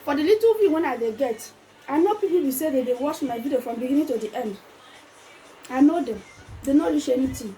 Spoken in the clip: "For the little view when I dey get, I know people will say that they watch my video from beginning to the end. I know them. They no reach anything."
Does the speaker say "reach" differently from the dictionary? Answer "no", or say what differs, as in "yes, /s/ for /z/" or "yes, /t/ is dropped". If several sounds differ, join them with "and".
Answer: yes, /l/ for /ɹ/